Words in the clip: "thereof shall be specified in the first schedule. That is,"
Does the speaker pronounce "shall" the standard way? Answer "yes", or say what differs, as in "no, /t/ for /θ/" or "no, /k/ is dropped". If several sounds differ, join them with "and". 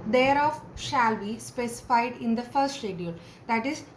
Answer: yes